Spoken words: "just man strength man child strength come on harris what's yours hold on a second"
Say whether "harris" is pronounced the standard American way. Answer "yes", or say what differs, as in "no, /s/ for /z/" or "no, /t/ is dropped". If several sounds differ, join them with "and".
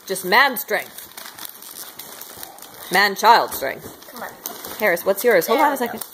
yes